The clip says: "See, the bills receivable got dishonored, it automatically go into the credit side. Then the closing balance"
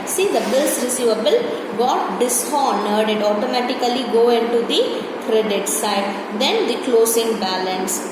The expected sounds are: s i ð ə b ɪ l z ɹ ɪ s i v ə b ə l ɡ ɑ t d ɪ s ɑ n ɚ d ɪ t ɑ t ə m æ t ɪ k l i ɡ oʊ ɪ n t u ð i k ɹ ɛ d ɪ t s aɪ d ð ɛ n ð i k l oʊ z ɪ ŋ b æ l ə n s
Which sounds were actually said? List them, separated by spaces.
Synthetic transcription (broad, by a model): s i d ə b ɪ l s ɹ ɪ s i v ə b ə l ɡ ɑ t d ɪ s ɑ n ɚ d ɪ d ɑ t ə m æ t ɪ k l i ɡ oʊ ɪ n t u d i k ɹ ɛ d ɪ t s aɪ d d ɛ n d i k l oʊ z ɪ ŋ b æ l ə n s